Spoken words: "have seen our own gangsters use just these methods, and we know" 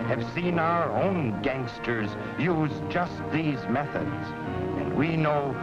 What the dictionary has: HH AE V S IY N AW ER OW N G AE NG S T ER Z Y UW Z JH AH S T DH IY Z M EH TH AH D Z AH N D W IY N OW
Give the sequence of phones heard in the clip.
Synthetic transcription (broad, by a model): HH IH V S IY N AW ER OW N G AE NG S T ER Z Y UW Z JH AH S T DH IY Z M EH TH AH D Z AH N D W IY N OW